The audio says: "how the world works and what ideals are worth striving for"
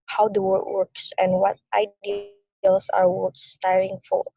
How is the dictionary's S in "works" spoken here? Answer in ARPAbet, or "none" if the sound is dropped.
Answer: S